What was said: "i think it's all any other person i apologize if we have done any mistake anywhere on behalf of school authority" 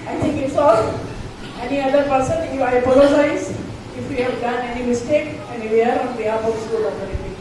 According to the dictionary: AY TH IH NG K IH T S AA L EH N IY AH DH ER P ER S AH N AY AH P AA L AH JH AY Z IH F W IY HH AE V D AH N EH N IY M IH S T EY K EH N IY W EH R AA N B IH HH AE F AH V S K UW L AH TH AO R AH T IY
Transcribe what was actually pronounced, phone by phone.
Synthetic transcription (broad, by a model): AY T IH NG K IH T S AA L EH N IY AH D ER P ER S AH N AY AH P AA L AH JH AY Z IH F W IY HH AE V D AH N EH N IY M IH S T EY K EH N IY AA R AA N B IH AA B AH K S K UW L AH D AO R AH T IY